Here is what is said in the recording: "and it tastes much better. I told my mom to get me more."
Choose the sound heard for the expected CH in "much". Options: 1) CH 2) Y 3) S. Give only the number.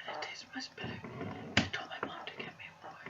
3